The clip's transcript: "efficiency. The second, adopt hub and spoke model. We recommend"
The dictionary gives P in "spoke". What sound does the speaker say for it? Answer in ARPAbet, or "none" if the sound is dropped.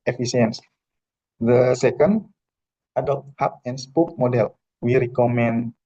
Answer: P